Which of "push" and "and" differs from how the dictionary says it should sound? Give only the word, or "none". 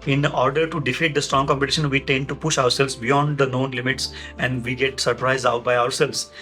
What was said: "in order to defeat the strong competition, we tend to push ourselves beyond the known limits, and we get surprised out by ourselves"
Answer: none